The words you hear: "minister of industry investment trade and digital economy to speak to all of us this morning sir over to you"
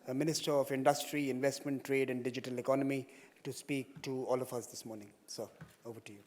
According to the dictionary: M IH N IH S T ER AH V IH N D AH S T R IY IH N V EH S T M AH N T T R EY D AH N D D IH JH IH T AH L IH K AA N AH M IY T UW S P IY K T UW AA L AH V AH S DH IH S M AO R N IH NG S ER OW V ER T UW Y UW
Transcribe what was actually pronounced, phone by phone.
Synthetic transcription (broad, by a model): M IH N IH S T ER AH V IH N D AH S T R IY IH N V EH S T M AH N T T R EY D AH N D D IH JH IH T AH L IH K AA N AH M IY T UW S P IY K T UW AA L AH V AH S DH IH S M AO R N IH NG S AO OW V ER T UW Y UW